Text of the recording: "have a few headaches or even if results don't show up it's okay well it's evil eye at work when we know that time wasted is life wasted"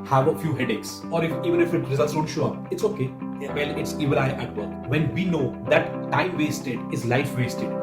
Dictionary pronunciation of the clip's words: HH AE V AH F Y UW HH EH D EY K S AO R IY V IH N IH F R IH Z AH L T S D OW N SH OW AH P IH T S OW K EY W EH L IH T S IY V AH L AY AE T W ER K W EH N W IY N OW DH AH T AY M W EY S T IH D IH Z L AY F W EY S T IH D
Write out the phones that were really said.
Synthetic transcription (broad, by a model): HH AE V AH F Y UW HH EH D EY K S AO R IY V IH N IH F R IH Z AH L T S D OW N SH OW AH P IH T S OW K EY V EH L IH T S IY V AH N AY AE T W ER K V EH N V IY N OW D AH T AY M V EY S T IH D IH Z L AY F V EY S T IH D